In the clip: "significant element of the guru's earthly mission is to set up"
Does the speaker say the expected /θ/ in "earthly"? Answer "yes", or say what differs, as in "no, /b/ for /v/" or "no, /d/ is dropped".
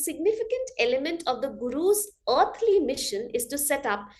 no, /t/ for /θ/